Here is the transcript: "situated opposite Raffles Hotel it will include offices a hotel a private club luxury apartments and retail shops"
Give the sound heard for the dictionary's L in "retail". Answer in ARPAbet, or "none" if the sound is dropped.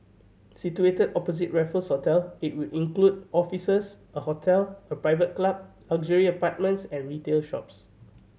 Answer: L